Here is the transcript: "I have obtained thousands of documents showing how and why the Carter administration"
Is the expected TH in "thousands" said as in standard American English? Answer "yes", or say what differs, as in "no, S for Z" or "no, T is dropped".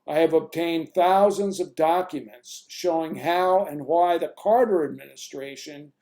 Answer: yes